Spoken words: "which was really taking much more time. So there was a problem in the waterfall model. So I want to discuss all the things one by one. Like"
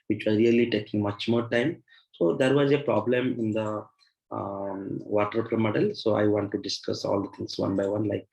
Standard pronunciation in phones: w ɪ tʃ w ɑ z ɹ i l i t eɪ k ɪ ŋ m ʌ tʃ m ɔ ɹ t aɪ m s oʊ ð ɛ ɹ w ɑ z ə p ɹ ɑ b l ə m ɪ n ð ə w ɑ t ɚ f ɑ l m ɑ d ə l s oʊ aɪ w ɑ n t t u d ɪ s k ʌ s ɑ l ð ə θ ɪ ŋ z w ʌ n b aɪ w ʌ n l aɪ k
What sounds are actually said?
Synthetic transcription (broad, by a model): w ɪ tʃ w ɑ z ɹ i l i t eɪ k ɪ ŋ m ʌ tʃ m ɔ ɹ t aɪ m s oʊ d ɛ ɹ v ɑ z ə p ɹ ɑ b l ə m ɪ n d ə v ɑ t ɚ p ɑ m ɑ d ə l s oʊ aɪ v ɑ n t t u d ɪ s k ʌ s ɑ l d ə t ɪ ŋ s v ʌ n b aɪ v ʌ n l aɪ k